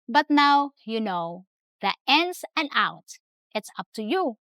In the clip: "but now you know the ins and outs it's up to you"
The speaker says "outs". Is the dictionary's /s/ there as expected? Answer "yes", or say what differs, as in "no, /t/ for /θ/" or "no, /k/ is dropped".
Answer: no, /s/ is dropped